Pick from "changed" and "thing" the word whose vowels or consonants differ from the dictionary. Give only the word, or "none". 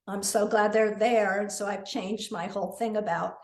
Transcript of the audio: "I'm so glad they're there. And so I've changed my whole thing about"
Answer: none